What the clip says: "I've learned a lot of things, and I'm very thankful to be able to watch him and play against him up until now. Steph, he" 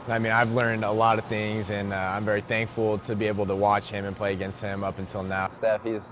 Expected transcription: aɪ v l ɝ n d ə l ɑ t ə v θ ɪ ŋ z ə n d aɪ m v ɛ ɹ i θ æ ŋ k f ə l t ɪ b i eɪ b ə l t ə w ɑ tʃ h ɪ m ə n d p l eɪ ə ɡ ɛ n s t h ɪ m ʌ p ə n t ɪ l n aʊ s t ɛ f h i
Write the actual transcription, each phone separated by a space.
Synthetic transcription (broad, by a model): aɪ v l ɝ n d ə l ɑ t ə v θ ɪ ŋ z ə n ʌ aɪ m v ɛ ɹ i θ æ ŋ k f l t ɪ b i eɪ b l t ə w ɑ tʃ h ɪ m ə n p l eɪ ə ɡ ɛ n s t h ɪ m ʌ p n t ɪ l n aʊ s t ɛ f h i